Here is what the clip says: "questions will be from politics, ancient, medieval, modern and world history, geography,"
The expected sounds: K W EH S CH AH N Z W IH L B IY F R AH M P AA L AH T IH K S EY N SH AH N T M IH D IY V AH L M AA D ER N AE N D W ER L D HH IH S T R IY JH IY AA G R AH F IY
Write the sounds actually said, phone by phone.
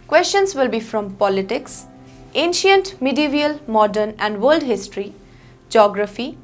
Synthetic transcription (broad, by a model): K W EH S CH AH N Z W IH L B IY F R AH M P AA L AH T IH K S EY N SH AH N T M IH D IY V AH L M AA D ER N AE N D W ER L D HH IH S T R IY JH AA G R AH F IY